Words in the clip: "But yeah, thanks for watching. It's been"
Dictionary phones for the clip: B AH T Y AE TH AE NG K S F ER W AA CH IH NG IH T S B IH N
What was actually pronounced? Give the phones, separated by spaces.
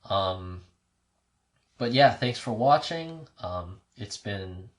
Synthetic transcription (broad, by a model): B AH T Y AE TH AE NG K S F ER W AA CH IH NG IH T S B IH N